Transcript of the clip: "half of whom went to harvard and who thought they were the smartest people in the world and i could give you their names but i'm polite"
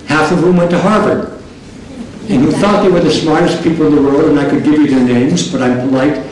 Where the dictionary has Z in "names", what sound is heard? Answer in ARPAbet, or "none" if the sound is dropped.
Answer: Z